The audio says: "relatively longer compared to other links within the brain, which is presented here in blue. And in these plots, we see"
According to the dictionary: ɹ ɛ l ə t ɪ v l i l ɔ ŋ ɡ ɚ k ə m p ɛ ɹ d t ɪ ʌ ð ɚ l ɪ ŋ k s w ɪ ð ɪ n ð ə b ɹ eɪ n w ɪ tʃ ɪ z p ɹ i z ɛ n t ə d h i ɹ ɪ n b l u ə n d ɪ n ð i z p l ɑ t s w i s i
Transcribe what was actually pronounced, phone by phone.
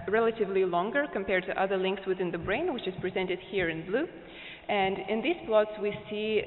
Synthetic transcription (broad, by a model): ɹ ɛ l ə t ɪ v l i l ɔ ŋ ɡ ɚ k ə m p ɛ ɹ d t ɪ ʌ ð ɚ l ɪ ŋ k s w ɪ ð ɪ n ð ə b ɹ eɪ n w ɪ tʃ ɪ z p ɹ i z ɛ n t ə d h i ɹ ɪ n b l u ə n d ɪ n ð i z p l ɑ t s w i s i